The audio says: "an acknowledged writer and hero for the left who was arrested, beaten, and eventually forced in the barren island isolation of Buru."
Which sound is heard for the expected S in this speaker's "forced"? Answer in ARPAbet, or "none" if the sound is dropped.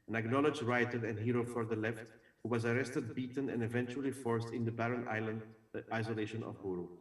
S